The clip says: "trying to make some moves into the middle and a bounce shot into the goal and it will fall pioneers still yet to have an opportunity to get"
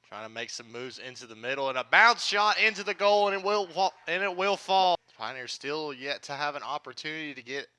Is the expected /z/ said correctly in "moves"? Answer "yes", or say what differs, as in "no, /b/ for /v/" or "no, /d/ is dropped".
yes